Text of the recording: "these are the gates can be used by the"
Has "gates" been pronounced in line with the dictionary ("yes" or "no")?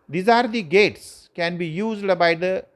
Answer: yes